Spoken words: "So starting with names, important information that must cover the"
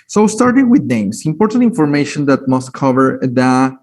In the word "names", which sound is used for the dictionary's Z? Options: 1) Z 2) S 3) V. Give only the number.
2